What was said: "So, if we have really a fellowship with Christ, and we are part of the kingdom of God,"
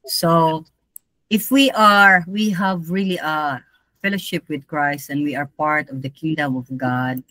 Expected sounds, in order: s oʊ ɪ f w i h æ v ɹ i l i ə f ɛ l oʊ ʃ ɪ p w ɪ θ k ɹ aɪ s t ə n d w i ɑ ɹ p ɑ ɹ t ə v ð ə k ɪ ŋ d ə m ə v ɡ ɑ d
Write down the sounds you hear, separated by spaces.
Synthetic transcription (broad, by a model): s oʊ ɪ f w i h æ v ɹ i l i ə f ɛ l oʊ ʃ ɪ p w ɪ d k ɹ aɪ s t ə n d w i ɑ ɹ p ɑ ɹ t ə v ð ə k ɪ ŋ d ə m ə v ɡ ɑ d